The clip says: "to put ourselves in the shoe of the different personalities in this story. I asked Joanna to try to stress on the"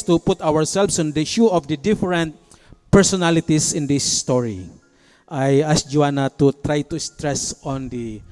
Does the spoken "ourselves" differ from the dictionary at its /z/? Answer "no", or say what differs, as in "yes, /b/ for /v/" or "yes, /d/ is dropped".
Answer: yes, /s/ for /z/